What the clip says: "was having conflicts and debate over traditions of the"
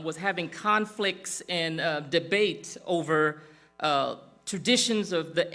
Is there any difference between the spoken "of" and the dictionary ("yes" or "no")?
no